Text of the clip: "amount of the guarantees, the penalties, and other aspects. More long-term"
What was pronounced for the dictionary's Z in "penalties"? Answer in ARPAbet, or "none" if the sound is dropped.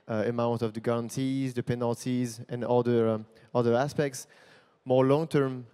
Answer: Z